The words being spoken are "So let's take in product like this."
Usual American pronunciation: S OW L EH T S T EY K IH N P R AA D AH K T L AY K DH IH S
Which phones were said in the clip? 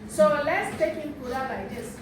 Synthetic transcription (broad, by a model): S OW L EH T S T EY K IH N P UW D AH T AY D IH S